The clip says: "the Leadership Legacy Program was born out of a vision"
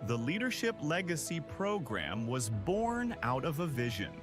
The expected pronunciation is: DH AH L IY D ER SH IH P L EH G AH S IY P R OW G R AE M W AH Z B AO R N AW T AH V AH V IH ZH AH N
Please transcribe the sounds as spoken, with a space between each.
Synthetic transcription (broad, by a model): DH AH L IY D ER SH IH P L EH G AH S IY P R OW G R AE M W AH Z B AO R N AW T AH V AH V IH ZH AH N